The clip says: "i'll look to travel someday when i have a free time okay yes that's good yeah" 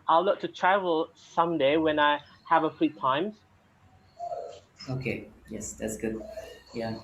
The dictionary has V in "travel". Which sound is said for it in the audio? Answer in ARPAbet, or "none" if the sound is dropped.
V